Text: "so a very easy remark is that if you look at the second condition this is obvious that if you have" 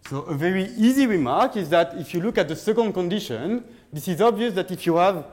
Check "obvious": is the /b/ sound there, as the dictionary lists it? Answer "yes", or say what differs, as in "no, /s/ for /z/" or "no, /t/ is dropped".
yes